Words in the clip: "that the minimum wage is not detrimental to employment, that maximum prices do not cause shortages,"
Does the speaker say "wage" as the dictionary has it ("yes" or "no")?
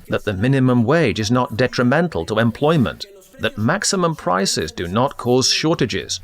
yes